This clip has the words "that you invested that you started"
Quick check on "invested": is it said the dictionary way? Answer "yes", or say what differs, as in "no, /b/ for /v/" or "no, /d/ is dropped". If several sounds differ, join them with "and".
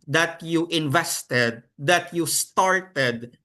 yes